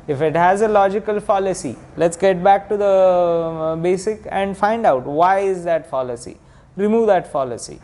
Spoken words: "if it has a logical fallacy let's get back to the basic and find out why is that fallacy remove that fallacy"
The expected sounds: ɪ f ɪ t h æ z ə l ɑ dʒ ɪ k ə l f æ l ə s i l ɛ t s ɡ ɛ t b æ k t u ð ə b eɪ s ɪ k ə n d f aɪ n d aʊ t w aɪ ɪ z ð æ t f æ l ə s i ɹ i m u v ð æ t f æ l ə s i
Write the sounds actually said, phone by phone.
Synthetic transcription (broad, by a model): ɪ f ɪ t h æ z ə l ɑ dʒ ɪ k ə l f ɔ l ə s i l ɛ t s ɡ ɛ t b æ k t u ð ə b eɪ s ɪ k ə n d f aɪ n d aʊ t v aɪ ɪ z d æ t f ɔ l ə s i ɹ i m u v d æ t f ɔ l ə s i